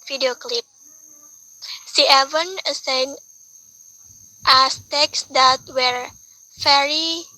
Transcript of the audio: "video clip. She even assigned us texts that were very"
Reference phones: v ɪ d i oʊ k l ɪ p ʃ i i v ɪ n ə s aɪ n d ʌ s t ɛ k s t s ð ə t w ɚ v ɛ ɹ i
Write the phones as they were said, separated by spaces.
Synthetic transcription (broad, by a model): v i d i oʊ k l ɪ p s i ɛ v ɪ n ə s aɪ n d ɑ s t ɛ k s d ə t w ɚ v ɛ ɹ i